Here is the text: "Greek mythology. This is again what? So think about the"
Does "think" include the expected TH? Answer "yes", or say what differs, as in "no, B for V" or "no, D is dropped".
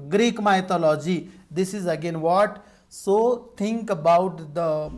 no, T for TH